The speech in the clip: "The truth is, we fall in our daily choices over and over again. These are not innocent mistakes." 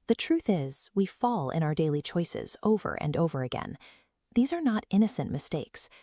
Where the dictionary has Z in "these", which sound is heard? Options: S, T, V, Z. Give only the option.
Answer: Z